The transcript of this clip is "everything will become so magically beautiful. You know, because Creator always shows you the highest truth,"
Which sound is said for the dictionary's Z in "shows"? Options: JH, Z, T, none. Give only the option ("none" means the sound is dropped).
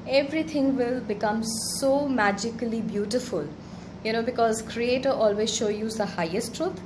none